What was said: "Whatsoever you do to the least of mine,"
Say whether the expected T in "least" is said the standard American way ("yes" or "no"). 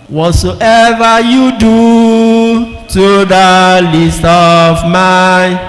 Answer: yes